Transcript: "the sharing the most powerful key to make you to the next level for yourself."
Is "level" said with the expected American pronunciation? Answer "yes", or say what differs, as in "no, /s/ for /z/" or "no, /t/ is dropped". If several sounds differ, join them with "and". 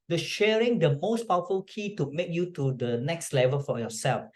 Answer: yes